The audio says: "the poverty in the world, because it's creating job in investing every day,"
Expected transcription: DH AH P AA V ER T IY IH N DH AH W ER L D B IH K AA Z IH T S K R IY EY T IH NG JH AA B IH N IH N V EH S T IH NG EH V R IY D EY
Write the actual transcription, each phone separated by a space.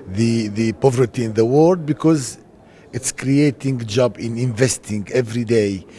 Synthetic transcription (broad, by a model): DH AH P AA V ER T IY IH N DH AH W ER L D B IH K AA Z IH T S K R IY EY T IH NG JH AA B IH N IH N V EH S T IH NG EH V R IY D EY